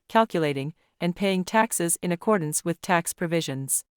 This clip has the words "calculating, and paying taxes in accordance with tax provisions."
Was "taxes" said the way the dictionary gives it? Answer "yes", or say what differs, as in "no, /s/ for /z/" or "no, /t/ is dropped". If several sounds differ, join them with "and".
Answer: yes